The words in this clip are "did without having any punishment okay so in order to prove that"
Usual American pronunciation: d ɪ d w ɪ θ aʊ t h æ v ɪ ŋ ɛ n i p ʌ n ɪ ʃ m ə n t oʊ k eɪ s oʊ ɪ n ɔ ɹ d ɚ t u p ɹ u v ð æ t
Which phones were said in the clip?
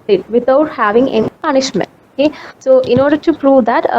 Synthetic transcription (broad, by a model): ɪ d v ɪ t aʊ t h æ v ɪ ŋ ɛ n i p ʌ n ɪ ʃ m ə n t oʊ k eɪ s oʊ ɪ n ɔ ɹ d ɚ t u p ɹ u v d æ t